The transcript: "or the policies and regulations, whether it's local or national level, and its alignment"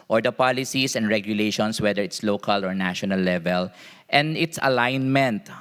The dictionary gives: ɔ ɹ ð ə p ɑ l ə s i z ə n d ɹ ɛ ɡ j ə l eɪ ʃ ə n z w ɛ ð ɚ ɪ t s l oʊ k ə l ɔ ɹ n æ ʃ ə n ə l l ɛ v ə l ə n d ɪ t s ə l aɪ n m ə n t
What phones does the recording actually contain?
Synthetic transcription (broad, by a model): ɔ ɹ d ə p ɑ l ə s i s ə n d ɹ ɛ ɡ j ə l eɪ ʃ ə n s w ɛ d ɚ ɪ t s l oʊ k ə l ɔ ɹ n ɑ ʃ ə n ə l l ɛ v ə l ə n d ɪ t s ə l aɪ n m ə n t